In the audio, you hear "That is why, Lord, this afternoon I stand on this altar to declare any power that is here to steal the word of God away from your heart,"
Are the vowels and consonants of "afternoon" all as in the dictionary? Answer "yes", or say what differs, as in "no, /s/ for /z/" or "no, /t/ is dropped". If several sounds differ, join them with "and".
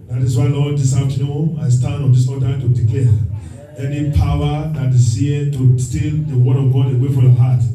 no, /f/ is dropped and /n/ is dropped